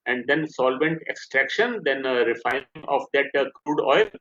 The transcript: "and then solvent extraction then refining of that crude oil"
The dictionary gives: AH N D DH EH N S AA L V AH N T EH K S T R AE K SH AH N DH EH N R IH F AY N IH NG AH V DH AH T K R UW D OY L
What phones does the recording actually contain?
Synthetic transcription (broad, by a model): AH N D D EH N S AA L V AH N T EH K S T R AE K SH AH N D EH N R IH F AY IH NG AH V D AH T K R UW D OY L